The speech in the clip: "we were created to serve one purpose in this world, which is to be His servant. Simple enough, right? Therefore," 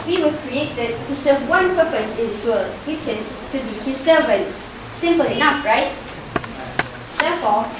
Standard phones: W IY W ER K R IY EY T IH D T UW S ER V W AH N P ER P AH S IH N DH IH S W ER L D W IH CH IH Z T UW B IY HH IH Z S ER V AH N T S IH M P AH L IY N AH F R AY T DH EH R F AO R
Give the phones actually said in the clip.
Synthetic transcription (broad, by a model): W IY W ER K R IY EY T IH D T UW S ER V W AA N P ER P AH S IH N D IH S W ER L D W IH CH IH S T UW B IY HH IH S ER V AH N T S IH M P AH L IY N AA F R AY T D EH F AO